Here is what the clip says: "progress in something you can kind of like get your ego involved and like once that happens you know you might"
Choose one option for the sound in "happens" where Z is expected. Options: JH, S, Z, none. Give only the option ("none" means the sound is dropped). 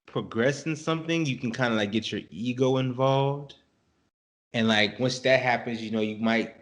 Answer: Z